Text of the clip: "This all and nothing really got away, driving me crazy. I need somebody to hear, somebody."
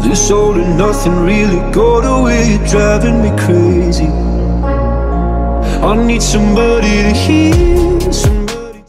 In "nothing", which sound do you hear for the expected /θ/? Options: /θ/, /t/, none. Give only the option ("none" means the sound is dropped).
/θ/